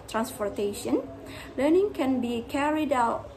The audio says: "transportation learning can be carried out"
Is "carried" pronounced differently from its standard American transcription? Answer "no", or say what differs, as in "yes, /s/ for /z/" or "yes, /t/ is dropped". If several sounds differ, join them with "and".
no